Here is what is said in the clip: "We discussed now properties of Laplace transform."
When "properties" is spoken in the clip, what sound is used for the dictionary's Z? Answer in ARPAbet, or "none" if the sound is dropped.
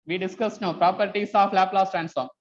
S